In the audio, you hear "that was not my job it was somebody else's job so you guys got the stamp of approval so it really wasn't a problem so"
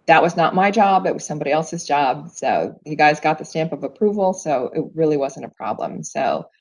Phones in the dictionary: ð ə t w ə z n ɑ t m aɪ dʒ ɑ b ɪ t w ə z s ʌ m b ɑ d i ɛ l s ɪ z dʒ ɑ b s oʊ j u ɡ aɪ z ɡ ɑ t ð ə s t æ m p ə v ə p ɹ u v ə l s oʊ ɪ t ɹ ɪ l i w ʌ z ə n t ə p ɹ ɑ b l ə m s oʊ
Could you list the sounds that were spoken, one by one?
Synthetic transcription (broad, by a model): ð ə t w ə z n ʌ t m aɪ dʒ ɑ b ɪ t w ə z s ʌ m b ɑ d i ɛ l s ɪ z dʒ ɑ b s oʊ j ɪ ɡ aɪ z ɡ ɑ t ð ə s t æ m p ə v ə p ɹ u v l s oʊ ɪ t ɹ ɪ l i w ʌ z ə n t ə p ɹ ɑ b l ə m s oʊ